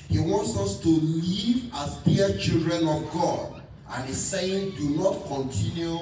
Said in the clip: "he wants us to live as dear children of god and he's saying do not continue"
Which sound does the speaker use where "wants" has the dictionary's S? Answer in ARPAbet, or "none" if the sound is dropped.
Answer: S